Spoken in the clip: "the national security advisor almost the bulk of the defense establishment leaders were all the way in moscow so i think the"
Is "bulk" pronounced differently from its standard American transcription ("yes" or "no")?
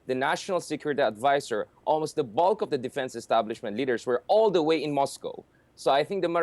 no